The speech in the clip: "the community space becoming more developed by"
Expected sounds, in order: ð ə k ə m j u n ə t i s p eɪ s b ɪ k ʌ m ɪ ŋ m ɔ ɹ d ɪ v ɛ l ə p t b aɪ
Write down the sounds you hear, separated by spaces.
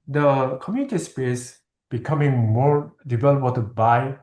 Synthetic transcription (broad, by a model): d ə k ə m j u n ə t i s p eɪ s b ɪ k ʌ m ɪ ŋ m ɔ ɹ d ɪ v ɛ l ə t b aɪ